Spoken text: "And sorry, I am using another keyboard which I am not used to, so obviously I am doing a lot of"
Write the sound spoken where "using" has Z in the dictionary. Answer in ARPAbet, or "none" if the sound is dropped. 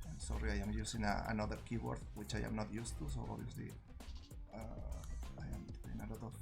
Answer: S